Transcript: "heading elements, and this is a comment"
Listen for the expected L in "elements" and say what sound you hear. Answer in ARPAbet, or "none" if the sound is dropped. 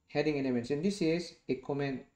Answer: N